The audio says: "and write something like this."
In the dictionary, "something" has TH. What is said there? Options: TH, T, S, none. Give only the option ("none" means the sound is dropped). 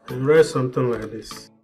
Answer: T